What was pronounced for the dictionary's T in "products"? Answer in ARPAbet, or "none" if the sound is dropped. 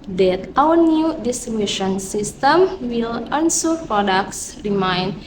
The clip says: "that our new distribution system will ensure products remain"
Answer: S